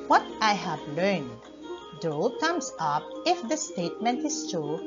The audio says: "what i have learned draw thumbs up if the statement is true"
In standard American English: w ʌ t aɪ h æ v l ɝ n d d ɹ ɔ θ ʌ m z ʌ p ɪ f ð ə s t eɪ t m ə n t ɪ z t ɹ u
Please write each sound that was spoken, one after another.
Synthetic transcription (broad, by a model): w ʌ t aɪ h æ v l ɝ n d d ɔ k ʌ m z ʌ p ɪ f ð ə s t eɪ t m ə n t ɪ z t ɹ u